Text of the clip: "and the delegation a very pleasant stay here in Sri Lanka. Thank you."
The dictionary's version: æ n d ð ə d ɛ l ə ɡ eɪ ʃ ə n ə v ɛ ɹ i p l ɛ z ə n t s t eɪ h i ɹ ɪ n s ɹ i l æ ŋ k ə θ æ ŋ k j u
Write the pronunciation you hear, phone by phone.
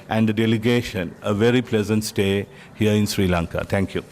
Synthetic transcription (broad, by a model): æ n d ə d ɛ l ə ɡ eɪ ʃ ə n ə v ɛ ɹ i p l ɛ z ə n t s t eɪ h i ɹ ɪ n s ɹ i l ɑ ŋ k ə t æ ŋ k j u